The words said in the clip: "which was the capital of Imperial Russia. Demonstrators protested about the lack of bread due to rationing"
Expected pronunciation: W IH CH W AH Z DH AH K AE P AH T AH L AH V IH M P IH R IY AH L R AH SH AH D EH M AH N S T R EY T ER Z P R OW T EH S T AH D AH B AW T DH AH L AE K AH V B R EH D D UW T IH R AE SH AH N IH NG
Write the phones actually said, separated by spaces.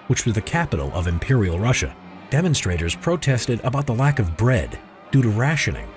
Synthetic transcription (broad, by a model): W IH CH W AH Z DH AH K AE P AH T L AH V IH M P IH R IY L R AH SH AH D EH M AH N S T R EY T ER Z P R OW T EH S T AH D AH B AW T DH AH L AE K AH V B R EH D D UW T IH R AE SH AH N IH NG